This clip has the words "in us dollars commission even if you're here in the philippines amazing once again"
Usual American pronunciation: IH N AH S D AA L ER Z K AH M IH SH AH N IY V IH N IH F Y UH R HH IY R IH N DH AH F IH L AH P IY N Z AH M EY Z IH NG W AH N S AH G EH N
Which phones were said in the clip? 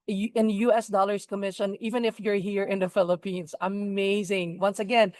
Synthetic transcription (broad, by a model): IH N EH S D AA L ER S K AH M IH SH AH N IY V IH N IH F Y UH R HH IY R IH N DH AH F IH L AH P IY N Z AH M EY Z IH NG W AH N S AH G EH N